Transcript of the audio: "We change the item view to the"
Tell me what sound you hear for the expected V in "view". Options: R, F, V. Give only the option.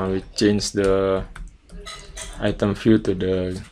F